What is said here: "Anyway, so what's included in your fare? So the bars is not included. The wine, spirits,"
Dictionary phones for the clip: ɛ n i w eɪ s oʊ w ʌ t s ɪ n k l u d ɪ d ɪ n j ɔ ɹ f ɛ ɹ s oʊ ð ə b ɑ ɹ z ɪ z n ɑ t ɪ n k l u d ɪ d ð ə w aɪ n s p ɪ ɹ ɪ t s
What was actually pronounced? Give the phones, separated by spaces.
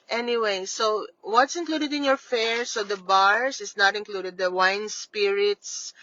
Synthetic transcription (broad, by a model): ɛ n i w eɪ s oʊ w ʌ t s ɪ n k l u d ɪ d ɪ n j ɔ ɹ f ɛ ɹ s oʊ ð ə b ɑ ɹ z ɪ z n ɑ t ɪ n k l u d ɪ d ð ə w aɪ n s p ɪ ɹ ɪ t s